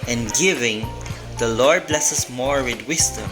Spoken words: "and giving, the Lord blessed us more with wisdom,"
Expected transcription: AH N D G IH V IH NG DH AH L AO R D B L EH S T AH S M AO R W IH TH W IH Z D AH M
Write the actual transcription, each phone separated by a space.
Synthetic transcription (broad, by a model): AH N G IH V IH NG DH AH L AO R D B L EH S AH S M AO R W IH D W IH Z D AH M